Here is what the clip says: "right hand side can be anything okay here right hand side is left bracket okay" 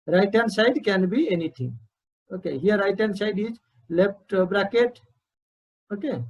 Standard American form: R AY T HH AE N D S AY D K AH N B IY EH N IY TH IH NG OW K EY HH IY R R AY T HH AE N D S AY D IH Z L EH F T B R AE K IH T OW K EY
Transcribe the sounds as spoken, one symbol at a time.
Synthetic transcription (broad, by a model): R AY T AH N S AY D K AH N B IY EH N IY T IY NG OW K EY HH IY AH R AY T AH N S AY D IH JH L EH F T B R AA K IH T OW K EY